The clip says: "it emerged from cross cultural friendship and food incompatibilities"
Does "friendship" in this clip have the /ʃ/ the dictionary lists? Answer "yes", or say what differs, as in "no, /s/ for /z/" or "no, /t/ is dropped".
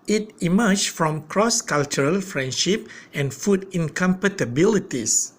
yes